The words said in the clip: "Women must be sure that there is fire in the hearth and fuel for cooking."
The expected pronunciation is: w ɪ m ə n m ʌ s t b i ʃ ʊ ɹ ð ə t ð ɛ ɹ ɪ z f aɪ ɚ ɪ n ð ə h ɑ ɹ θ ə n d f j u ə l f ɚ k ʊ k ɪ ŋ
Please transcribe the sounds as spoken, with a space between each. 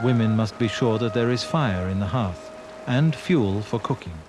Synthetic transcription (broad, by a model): w ɪ m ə n m ʌ s t b i ʃ ʊ ɹ ð ə t ð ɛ ɹ ɪ z f aɪ ɚ ɪ n ð ə h ɑ ɹ θ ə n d f j u l f ɚ k ʊ k ɪ ŋ